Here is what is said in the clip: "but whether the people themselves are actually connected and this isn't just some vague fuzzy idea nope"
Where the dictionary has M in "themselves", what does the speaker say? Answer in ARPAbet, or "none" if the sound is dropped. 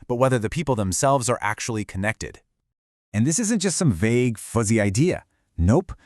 M